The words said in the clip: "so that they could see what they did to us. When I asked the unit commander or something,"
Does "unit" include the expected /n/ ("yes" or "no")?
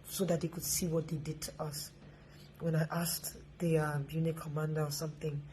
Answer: no